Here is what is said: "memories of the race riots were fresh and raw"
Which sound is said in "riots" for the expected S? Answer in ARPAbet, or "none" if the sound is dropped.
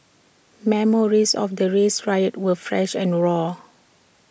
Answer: none